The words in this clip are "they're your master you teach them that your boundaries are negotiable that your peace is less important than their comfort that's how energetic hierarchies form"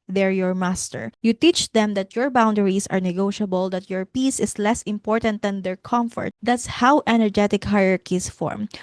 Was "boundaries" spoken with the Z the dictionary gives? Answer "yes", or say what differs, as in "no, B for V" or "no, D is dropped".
no, S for Z